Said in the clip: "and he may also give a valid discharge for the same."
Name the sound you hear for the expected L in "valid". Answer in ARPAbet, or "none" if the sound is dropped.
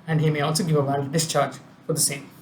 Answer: none